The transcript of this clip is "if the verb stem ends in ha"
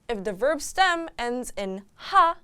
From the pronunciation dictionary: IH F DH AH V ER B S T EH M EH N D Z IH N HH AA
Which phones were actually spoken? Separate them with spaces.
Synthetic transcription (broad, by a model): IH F DH AH V ER B S T EH M EH N D Z IH N HH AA